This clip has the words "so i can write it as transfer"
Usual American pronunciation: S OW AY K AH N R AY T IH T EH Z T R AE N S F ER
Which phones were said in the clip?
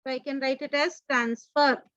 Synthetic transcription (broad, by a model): AY K AH N R AY T IH T EH Z T R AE N S F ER